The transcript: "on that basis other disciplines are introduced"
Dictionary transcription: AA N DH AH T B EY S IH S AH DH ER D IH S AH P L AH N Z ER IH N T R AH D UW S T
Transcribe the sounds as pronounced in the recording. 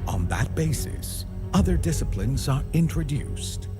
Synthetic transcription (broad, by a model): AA N DH AH T B EY S IH S AH DH ER D IH S AH P L AH N Z ER IH N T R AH D UW S T